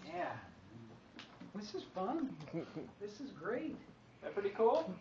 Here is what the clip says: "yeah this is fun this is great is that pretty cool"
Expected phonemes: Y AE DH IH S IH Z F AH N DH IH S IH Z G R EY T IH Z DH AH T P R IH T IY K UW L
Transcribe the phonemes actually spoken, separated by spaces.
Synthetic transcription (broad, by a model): Y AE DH IH S IH Z F AH N DH IH S IH Z G R EY IH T DH AH T P R IH T IY K UW L